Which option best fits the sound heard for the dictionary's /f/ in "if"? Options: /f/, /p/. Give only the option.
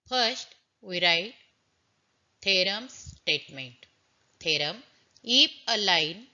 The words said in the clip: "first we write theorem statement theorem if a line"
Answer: /p/